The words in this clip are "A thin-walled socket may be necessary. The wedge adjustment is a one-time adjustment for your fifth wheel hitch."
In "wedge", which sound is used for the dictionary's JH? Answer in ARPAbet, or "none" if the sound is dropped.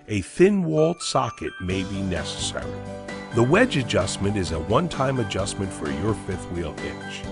JH